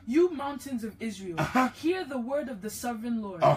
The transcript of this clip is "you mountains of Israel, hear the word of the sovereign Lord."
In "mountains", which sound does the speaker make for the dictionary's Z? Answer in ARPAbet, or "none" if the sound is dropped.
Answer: Z